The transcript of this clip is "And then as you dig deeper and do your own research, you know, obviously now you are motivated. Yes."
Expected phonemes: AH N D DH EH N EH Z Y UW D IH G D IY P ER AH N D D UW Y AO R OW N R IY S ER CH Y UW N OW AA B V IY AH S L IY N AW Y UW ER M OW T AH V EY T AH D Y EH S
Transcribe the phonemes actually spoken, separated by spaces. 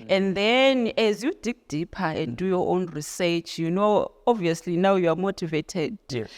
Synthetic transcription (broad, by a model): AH N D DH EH N EH Z Y UW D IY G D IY P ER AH N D D UW Y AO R OW N R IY S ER CH Y UW N OW AA B V IY AH S L IY N AW Y UW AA M OW T AH V EY T AH D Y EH